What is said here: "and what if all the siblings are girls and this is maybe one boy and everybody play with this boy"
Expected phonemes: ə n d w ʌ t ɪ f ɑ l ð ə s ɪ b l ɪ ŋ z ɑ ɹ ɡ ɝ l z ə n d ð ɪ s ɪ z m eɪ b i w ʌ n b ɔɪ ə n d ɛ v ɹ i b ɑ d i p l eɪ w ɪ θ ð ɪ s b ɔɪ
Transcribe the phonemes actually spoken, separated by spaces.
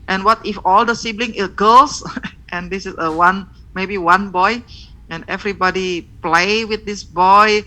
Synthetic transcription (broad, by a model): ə n w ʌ t ɪ f ɑ l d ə s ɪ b l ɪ ŋ ɪ l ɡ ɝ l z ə n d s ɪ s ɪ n m eɪ b i w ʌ n b ɔɪ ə n ɛ v ɹ i b ɑ d i p l eɪ w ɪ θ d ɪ s b ɔɪ